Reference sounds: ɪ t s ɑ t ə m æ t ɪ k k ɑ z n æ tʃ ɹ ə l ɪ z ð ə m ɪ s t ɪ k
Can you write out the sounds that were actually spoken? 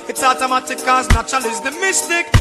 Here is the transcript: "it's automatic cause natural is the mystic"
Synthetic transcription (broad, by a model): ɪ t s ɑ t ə m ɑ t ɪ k k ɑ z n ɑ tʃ ə l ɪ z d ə m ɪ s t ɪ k